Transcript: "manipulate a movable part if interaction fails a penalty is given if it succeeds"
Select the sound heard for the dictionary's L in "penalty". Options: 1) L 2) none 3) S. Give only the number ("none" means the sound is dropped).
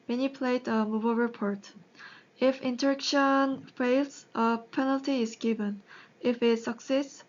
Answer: 1